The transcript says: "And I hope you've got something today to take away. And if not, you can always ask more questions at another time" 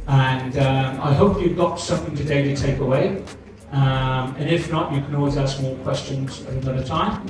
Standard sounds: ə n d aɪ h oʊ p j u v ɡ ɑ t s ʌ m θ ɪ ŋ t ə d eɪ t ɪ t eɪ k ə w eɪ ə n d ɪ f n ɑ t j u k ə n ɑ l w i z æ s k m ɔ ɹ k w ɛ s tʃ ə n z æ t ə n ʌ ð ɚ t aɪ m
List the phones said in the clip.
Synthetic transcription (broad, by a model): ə n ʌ aɪ h oʊ p j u v ɡ ɑ t s ʌ m θ ɪ ŋ t ə d eɪ t ɪ t eɪ k ə w eɪ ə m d ɪ f n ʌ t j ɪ k ə n ɑ l w i z æ s k m ɔ l k w ɛ s tʃ ə n z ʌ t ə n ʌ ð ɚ t aɪ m